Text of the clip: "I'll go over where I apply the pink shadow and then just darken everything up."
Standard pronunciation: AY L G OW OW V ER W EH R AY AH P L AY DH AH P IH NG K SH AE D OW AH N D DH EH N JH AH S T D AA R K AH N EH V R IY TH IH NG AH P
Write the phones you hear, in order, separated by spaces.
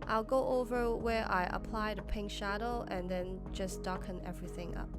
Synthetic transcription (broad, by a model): AY L G OW OW V ER W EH R AY AH P L AY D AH P IH NG K SH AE D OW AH N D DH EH N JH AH S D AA K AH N EH V R IY TH IH NG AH P